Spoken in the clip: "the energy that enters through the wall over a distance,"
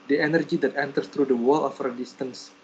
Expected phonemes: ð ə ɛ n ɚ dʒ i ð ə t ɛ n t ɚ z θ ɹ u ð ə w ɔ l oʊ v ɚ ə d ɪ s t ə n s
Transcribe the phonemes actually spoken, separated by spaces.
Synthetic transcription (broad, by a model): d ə ɛ n ɚ dʒ i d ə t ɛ n t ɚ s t ɹ u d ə w ɔ l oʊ f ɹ ə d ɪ s t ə n s